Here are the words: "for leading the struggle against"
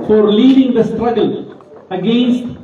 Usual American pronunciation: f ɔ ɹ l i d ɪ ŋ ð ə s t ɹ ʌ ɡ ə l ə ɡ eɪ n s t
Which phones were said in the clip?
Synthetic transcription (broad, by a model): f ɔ ɹ l i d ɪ ŋ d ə s t ɹ ʌ ɡ ə l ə ɡ eɪ n s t